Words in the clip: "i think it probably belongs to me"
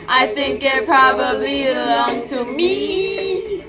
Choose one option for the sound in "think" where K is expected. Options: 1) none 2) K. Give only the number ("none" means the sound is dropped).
2